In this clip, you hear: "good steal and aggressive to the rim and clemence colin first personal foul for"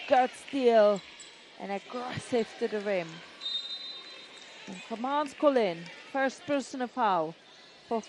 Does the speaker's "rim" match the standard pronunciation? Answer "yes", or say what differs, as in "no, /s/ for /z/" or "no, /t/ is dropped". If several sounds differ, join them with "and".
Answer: yes